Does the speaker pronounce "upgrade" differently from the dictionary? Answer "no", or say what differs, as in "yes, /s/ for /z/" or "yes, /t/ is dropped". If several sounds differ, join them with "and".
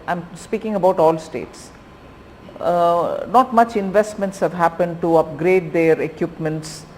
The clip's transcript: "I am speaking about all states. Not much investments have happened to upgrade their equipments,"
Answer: no